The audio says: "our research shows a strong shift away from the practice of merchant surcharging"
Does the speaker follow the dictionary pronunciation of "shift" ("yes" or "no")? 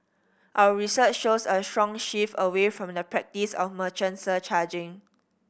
no